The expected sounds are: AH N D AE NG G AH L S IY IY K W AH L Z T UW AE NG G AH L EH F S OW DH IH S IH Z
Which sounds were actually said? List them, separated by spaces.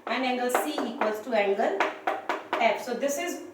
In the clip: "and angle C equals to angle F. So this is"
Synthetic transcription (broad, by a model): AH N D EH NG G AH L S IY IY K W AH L S T UW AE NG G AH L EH P S OW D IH S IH Z